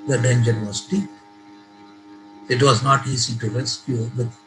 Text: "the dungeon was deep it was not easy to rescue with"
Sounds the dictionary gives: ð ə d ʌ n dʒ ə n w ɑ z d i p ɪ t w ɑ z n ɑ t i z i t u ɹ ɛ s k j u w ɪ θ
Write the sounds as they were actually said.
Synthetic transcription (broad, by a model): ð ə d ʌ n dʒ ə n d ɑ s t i ɪ t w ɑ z n ɑ t i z i t u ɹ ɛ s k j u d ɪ